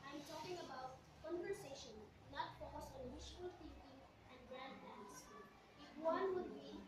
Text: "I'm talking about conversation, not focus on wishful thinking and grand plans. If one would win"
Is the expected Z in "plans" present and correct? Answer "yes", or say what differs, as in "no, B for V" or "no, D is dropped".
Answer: no, S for Z